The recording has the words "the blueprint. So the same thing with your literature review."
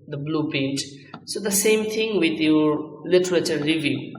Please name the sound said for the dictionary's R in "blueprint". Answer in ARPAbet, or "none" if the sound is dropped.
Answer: none